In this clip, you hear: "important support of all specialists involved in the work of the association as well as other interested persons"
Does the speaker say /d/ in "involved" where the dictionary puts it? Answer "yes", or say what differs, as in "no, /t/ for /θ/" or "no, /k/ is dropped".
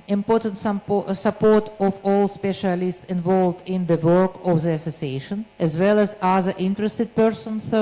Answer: yes